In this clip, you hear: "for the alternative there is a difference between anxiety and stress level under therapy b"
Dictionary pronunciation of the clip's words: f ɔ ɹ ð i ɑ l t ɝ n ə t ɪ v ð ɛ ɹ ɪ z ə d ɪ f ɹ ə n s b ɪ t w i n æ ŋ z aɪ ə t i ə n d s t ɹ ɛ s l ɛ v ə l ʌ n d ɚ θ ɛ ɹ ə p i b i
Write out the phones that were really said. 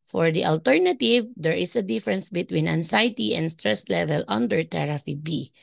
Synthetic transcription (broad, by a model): f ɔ ɹ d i ɑ l t ɝ n ə t ɪ v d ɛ ɹ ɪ s ə d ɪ f ɹ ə n s b ɪ t w i n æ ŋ s aɪ t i ə n d s t ɹ ɛ s l ɛ v ə l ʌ n d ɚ t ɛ ɹ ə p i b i